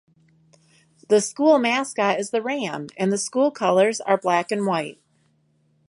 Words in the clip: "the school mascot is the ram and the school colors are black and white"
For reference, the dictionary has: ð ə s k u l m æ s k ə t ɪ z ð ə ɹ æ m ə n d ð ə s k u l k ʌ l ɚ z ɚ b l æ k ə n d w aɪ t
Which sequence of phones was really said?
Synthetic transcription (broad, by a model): ð ə s k u l m æ s k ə ɪ z ð ə ɹ æ m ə n ð ə s k u l k ʌ l ɚ z ɚ b l æ k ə n w aɪ t